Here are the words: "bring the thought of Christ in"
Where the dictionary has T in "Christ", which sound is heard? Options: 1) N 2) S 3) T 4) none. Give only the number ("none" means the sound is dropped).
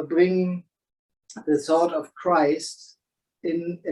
3